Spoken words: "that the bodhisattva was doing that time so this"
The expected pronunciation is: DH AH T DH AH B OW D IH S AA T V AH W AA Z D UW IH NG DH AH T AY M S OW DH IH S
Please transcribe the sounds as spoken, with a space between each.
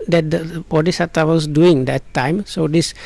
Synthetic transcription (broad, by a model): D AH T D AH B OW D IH S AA T AH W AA S D UW IH NG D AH T AY M S OW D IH S